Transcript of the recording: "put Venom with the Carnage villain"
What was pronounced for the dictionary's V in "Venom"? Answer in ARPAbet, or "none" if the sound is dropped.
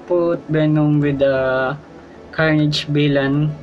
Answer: B